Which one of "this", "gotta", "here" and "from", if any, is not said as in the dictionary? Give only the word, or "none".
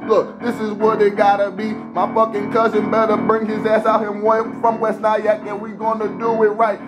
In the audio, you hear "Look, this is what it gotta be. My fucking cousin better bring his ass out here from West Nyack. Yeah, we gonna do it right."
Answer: here